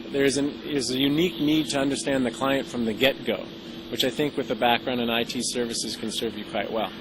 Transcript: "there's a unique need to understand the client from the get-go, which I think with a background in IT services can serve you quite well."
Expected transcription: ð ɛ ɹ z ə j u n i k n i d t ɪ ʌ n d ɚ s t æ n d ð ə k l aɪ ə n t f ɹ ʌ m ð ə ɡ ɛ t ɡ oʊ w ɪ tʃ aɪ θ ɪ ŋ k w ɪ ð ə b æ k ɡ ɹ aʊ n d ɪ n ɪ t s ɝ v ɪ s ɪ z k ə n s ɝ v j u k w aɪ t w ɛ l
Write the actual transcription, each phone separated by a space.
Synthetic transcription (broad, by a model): ð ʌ ɹ z ə j u n i k n i d t ɪ ʌ n d ɚ s t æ n ð ə k l aɪ ə n t f ɹ ʌ m ð ə ɡ ɛ t ɡ oʊ w ɪ tʃ aɪ θ ɪ ŋ k w ɪ ð ə b æ k ɡ ɹ aʊ n d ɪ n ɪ t s ɝ v ɪ s ɪ z k ə n s ɝ v j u k w aɪ t w ɛ l